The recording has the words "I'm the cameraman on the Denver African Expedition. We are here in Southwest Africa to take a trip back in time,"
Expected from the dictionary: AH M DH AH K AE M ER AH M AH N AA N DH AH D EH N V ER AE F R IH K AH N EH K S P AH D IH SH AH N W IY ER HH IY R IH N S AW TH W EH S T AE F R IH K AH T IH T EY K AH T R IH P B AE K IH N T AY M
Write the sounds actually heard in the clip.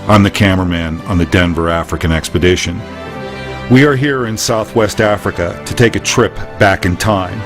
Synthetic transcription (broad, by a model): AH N DH AH K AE M ER M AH N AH N DH AH D EH N V ER AE F R IH K AH N EH K S P AH D IH SH AH N W IY ER HH IY R IH N S AW TH W EH S T AE F R IH K AH T IH T EY K AH T R IH P B AE K IH N T AY M